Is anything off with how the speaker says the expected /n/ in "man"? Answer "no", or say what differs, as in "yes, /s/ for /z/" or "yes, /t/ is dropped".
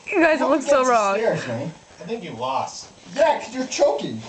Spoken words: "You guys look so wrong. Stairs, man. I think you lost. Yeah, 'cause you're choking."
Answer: yes, /n/ is dropped